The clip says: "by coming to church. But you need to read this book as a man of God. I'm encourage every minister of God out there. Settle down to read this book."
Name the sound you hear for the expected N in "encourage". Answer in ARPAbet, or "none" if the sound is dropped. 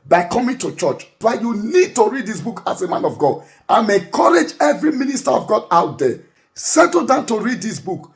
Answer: none